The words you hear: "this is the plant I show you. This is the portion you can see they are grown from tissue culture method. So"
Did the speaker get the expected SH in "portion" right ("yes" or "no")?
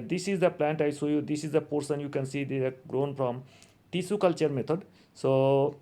no